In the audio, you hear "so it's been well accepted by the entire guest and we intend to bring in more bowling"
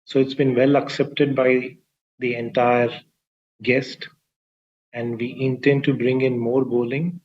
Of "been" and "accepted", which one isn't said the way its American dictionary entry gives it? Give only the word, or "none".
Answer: none